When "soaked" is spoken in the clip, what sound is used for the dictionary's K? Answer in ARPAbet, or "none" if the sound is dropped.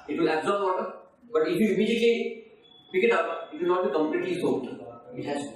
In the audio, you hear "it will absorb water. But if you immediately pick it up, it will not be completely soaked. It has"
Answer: none